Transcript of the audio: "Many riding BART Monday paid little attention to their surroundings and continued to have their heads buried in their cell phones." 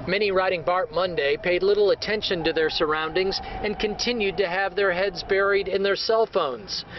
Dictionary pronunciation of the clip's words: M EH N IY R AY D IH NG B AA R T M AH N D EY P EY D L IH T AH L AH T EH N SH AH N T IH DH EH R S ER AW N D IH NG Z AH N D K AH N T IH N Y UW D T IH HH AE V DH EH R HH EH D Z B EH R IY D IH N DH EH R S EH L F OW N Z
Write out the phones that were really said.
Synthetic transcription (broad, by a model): M EH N IY R AY D IH NG B AA R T M AH N D EY P EY D L IH T L AH T EH N SH AH N T IH DH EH R S ER AW N D IH NG Z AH N K AH N T IH N Y UW D T IH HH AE V DH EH R HH EH D Z B EH R IY D IH N DH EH R S EH L F OW N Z